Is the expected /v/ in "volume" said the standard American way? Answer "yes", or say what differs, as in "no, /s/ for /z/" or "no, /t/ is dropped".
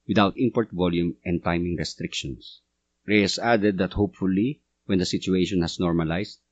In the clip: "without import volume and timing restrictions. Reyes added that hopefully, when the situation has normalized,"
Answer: yes